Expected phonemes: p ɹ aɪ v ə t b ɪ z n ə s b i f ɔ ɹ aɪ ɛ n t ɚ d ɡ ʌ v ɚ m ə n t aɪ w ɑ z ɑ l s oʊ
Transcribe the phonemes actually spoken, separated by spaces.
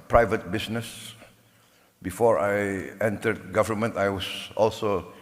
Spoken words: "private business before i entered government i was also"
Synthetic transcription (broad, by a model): p ɹ aɪ v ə t b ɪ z n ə s b i f ɔ ɹ aɪ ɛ n t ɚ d ɡ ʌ v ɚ m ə n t aɪ w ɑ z ɑ l s oʊ